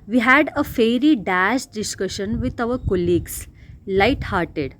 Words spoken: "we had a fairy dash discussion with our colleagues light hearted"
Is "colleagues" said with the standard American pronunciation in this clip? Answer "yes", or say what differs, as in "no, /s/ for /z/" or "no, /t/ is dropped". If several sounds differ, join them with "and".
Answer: no, /s/ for /z/